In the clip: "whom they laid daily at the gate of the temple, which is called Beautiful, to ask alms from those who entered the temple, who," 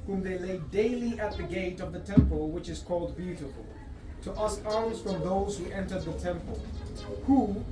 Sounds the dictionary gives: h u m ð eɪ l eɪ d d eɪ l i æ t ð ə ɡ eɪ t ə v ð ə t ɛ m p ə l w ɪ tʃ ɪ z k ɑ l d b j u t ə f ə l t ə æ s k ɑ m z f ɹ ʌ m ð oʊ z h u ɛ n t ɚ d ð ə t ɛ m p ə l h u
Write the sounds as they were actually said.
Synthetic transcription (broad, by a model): h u m ð eɪ l eɪ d d eɪ l i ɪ t ð ə ɡ eɪ t ə v ð ə t ɛ m p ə l w ɪ tʃ ɪ z k ɑ l d b j u t ə f ə l t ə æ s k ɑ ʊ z f ɹ ʌ m ð oʊ z h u ɛ n t ɚ d ð ə t ɛ m p ə l h u